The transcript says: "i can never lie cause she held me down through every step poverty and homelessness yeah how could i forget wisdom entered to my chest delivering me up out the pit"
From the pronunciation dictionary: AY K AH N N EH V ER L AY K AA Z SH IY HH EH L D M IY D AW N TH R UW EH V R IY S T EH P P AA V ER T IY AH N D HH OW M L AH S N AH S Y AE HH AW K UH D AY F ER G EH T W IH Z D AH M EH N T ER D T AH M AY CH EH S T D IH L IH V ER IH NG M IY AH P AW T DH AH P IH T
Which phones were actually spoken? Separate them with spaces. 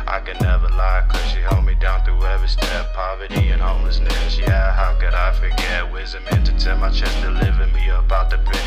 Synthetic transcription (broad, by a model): AY K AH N N EH V ER L AY K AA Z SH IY HH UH L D M IY D AW N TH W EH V IY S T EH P P AA V ER T IY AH N HH OW M L AH S N AH S Y AE HH AW K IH D AY F ER G EH T W IH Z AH M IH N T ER T AH M AY CH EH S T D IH L IH V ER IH M IY AH P AW T DH AH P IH